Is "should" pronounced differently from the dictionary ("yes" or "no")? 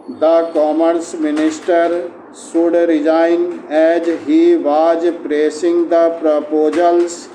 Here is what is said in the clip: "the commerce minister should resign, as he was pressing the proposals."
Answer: yes